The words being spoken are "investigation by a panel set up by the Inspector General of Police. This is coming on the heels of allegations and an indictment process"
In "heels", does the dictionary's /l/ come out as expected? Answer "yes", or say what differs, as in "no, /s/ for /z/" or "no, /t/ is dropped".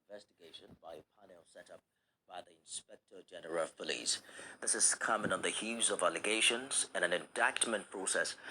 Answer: no, /l/ is dropped